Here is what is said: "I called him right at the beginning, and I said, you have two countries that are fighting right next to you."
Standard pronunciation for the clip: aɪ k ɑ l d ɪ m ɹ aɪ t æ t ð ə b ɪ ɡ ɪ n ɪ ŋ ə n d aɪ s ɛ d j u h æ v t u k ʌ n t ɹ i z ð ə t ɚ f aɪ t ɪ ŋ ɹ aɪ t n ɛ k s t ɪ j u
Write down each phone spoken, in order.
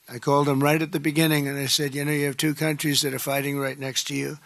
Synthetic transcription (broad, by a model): aɪ k ɑ l d ɪ m ɹ aɪ t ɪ t ð ə b ɪ ɡ ɪ n ɪ ŋ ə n aɪ s ɛ d j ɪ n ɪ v t u k ʌ n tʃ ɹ i z ð ə t ɚ f aɪ t ɪ ŋ ɹ aɪ t n ɛ k s t ɪ j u